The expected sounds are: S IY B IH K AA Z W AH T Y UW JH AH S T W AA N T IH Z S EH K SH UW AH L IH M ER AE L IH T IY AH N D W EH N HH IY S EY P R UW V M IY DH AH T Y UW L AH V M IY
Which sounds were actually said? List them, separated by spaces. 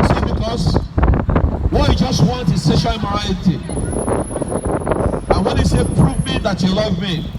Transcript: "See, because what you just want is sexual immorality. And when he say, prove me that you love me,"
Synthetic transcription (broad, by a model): S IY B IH K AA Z W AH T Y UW JH AH S T W AA N T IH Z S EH SH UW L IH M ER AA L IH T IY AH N W EH N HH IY S EY P R UW V M IY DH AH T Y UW L AH V M IY